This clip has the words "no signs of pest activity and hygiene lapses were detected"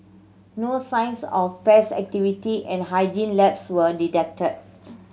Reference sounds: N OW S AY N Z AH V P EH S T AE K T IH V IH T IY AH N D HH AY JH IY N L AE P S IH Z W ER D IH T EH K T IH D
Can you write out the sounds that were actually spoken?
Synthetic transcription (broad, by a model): N OW S AY N S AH F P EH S AE K T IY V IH T IY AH N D HH AY JH IY N L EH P S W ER D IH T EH K T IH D